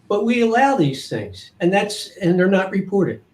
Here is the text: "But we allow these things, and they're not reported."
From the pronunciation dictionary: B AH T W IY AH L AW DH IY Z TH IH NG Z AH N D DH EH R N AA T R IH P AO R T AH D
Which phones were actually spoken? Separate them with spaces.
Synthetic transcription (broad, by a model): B AH T W IY AH L AW DH IY Z TH IH NG Z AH N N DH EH R N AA T R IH P AO R T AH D